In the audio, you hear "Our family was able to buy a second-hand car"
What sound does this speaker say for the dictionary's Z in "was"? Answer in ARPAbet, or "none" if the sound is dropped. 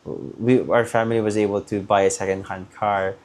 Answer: Z